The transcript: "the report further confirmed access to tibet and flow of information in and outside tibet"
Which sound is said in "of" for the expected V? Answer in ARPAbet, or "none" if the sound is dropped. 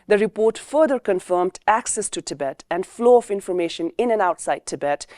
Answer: F